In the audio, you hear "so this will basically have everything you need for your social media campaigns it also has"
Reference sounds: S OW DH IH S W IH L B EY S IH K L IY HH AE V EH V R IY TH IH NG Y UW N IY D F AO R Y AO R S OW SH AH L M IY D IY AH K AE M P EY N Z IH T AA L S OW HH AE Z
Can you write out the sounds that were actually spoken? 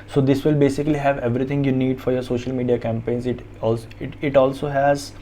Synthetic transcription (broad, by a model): S OW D IH S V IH L B EY S IH K L IY HH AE V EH V R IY T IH NG Y UW N IY D F AO R Y AO R S OW SH AH L M IY D IY AH K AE M P EY N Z IH T AA L S OW HH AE Z